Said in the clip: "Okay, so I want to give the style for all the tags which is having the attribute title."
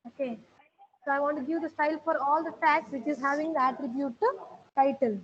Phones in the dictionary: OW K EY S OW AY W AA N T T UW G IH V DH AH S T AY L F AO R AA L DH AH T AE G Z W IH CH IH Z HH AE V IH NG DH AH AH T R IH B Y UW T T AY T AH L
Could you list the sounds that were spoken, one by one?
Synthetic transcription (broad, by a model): OW K EY S OW AY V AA N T T UW G IH V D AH S T AY L F AO R AA L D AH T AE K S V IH CH IH Z HH AE V IH NG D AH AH T R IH B Y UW T T AY T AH L